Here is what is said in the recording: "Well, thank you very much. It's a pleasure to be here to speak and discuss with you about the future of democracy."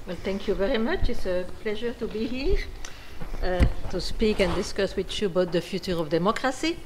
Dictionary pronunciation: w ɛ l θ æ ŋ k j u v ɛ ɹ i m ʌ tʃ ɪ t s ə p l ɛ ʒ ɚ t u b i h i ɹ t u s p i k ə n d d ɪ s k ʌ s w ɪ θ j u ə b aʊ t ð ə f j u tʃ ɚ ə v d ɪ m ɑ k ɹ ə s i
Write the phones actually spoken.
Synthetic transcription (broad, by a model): w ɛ l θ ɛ ŋ k j u v ɛ ɹ i m ʌ tʃ ɪ t s ə p l ɛ ʒ ɚ t u b i h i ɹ t u s p i k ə n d d ɪ s k ʌ s w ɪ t j u ə b aʊ t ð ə f j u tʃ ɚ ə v d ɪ m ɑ k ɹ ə s i